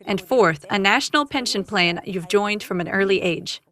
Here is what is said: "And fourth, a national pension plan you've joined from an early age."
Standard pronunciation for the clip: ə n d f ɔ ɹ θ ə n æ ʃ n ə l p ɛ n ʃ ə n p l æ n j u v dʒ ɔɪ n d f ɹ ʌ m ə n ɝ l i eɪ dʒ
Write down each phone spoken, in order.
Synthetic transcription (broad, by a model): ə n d f ɔ ɹ θ ə n æ ʃ n l p ɛ n ʃ ə n p l æ n j u v dʒ ɔɪ n d f ɹ ʌ m ə n ɝ l i eɪ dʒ